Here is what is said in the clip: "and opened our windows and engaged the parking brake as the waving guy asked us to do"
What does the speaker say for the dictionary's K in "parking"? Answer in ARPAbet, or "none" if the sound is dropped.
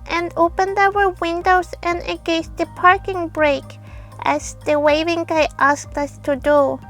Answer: K